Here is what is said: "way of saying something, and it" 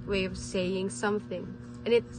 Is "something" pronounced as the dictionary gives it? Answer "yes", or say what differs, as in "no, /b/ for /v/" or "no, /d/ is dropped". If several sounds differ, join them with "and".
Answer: yes